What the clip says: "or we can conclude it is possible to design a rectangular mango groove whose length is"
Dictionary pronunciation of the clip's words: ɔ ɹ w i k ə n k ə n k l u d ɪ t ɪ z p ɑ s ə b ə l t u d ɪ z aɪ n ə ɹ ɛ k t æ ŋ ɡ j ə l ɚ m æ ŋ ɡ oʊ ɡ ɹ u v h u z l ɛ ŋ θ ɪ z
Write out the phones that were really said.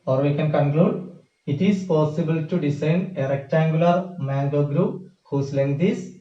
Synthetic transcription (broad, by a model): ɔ ɹ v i k ə n k ə n k l u d ɪ t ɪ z p ɑ s ə b ə l t u d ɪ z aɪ n ə ɹ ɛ k t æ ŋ ɡ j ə l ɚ m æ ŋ ɡ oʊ ɡ ɹ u p h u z l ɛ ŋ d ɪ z